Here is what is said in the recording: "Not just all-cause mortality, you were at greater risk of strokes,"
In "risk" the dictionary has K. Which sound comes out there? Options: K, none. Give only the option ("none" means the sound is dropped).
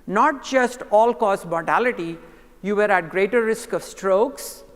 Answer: K